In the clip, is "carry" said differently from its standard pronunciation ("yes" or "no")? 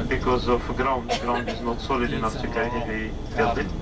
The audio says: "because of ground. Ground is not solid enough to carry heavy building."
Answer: yes